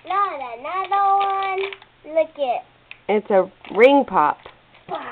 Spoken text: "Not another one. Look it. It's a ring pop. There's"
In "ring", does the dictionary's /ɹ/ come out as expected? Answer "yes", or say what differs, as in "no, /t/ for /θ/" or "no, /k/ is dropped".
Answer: yes